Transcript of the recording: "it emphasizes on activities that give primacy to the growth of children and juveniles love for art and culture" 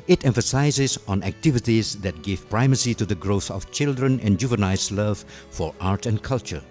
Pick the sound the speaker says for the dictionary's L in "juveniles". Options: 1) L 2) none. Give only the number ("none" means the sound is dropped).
2